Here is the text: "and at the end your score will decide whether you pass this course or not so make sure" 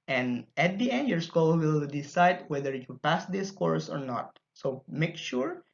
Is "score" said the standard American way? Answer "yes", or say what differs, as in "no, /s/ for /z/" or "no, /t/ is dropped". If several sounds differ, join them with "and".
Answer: no, /l/ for /ɹ/